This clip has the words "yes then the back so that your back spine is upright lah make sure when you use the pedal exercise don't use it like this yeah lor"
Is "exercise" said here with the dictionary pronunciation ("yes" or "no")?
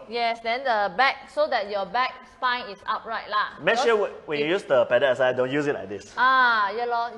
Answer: no